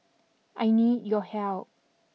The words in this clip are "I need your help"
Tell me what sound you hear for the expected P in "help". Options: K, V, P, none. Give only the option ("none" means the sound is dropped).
none